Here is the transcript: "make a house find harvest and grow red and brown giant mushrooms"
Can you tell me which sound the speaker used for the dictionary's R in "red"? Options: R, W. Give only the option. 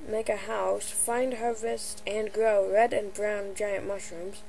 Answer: R